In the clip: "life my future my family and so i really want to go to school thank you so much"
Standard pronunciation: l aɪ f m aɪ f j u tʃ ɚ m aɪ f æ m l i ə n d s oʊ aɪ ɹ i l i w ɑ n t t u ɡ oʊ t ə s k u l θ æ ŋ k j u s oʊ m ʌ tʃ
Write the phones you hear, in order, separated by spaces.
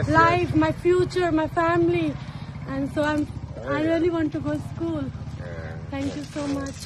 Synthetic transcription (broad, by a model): l aɪ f m aɪ f j u tʃ ɚ m aɪ f æ m l i ə n d s oʊ aɪ ɹ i l i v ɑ n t t u ɡ oʊ s k u l t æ ŋ k j u s oʊ m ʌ tʃ